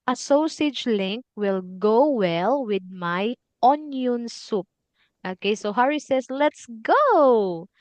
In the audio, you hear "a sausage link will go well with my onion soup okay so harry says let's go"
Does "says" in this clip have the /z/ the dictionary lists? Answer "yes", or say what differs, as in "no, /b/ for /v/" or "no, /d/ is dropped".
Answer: no, /s/ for /z/